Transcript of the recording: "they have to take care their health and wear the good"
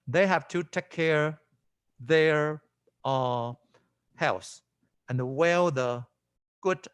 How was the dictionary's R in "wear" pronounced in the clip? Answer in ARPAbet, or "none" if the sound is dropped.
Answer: L